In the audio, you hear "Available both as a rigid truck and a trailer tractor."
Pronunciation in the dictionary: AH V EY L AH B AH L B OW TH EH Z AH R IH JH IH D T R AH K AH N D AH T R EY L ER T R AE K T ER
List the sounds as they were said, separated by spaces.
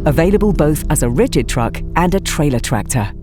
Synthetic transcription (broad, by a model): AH V EY L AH B AH L B OW TH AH Z AH R IH JH IH D T R AH K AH N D AH T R EY L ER T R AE K T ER